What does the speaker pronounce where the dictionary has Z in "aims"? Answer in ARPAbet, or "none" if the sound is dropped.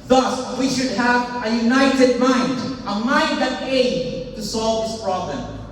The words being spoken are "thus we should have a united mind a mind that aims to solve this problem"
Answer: none